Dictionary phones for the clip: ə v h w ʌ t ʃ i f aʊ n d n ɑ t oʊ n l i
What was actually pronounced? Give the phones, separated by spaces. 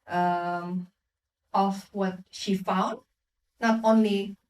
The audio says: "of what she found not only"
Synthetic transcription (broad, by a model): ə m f w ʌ t ʃ i f aʊ n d n ɑ t oʊ n l i